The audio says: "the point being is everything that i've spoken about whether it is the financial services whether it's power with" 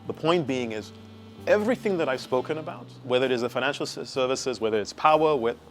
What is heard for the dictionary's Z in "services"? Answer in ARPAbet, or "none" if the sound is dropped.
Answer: Z